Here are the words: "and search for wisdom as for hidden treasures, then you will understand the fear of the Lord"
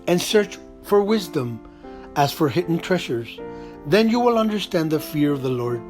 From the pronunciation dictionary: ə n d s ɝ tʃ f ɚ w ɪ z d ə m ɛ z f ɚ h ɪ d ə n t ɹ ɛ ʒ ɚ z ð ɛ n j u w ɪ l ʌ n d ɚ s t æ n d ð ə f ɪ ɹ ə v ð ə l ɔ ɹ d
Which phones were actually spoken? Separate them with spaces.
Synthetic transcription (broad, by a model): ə n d s ɝ tʃ f ɚ w ɪ z d ə m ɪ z f ɚ h ɪ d n t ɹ ɛ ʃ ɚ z ð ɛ n j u w ɪ l ʌ n d ɚ s t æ n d ð ə f ɪ ɹ ə v ð ə l ɔ ɹ d